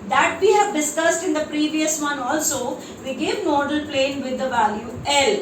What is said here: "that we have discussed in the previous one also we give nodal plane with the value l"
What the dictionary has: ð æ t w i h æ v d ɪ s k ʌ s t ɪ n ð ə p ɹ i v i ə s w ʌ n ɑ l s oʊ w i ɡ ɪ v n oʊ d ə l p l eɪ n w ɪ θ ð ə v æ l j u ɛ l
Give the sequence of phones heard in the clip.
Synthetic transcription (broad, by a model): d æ t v i h æ v d ɪ s k ʌ s t ɪ n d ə p ɹ i v i ə s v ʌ n ɑ l s oʊ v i ɡ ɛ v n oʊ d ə l p l eɪ n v ɪ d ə v æ l j u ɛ l